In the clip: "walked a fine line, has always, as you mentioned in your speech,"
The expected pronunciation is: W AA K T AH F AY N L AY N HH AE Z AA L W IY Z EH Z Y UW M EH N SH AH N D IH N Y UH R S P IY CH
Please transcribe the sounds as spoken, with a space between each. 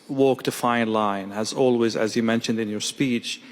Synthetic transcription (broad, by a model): W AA K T AH F AY N L AY N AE Z AA L W IY Z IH Z Y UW M EH N SH AH N D IH N Y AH R S P IY CH